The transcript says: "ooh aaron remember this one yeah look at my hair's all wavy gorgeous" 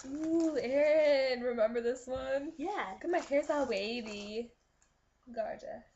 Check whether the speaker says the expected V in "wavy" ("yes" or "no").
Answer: no